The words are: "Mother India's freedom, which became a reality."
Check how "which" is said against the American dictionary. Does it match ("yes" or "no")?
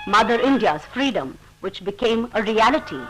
yes